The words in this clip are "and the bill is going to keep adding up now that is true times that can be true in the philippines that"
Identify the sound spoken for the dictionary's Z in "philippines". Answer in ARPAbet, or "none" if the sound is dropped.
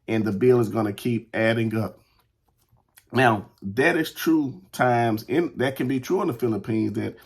Z